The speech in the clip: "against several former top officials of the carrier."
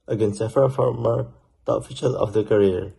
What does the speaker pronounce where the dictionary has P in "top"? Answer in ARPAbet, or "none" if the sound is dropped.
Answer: none